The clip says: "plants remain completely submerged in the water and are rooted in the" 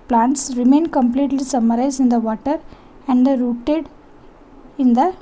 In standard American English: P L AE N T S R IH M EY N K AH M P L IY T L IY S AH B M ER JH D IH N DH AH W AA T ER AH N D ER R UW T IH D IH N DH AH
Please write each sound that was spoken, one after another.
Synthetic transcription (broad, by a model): P L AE N T S R IH M EY N K AH M P L IY T L IY S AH M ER Z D IH N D AH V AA T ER AH N D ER R UW T IH D IH N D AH